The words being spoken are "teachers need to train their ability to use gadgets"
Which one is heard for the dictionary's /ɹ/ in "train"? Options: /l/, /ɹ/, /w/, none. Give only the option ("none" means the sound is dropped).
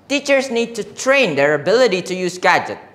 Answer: /ɹ/